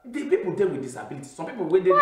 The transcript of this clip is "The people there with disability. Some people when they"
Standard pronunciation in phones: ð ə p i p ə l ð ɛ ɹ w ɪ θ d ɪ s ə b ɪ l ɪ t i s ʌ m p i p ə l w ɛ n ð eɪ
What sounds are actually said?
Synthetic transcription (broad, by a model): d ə p i p ə l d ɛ l w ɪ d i s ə b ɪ l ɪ t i s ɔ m p i p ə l w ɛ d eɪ